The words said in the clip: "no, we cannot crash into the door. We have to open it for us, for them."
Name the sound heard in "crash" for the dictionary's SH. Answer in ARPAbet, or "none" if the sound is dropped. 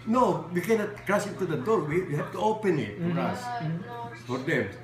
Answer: S